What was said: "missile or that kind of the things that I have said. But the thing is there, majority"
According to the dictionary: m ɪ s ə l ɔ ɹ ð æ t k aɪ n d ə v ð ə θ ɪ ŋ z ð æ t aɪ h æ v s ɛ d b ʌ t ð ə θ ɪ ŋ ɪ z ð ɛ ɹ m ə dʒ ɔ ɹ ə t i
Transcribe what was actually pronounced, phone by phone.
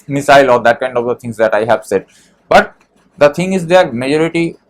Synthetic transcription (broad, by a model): m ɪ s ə l ɔ ɹ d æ t k aɪ n d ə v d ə t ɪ ŋ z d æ t aɪ h æ v s ɛ d b ʌ t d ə t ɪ ŋ ɪ z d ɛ ɹ m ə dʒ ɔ ɹ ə t i